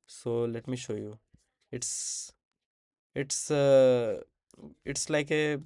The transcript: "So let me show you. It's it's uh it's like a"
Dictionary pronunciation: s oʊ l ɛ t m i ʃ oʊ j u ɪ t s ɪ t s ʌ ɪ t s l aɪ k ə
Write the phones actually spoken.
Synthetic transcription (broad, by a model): s oʊ l ɛ t m i ʃ oʊ j u ɪ t s ɪ t s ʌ ɪ t s l aɪ k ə